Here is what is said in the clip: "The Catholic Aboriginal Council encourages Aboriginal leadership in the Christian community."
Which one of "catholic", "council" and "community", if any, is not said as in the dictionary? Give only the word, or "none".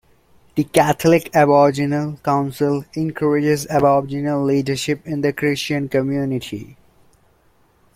catholic